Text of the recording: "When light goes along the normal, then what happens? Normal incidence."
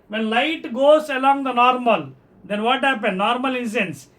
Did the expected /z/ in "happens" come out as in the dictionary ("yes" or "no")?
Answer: no